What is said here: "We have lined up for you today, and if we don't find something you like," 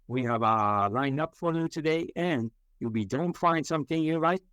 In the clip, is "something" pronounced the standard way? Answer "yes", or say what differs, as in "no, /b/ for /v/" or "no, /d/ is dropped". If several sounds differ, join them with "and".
yes